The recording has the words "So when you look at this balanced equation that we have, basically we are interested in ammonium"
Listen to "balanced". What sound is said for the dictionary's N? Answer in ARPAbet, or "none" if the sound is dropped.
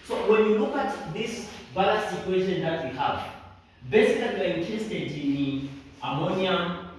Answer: none